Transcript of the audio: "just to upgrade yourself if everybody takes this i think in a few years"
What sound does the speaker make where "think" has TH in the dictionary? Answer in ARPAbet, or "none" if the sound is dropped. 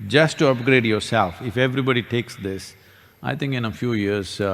T